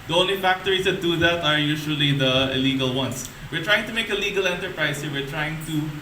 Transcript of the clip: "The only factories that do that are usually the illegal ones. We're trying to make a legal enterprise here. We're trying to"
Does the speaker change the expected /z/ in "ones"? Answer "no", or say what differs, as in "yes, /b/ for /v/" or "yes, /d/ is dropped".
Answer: yes, /s/ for /z/